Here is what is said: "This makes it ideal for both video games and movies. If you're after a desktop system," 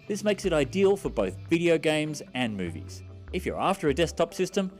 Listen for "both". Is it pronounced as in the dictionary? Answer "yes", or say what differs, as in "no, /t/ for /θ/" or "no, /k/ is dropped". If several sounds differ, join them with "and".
yes